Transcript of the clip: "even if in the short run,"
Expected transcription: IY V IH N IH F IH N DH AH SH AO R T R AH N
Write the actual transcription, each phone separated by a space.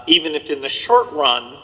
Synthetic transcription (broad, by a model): IY V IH N IH F IH N DH AH SH AO R T R AH N